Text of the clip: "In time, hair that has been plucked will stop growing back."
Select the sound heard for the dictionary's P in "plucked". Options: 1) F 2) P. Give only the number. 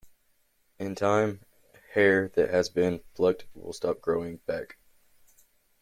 1